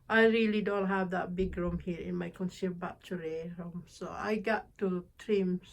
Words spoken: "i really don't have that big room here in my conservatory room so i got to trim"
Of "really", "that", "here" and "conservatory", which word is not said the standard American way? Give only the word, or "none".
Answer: conservatory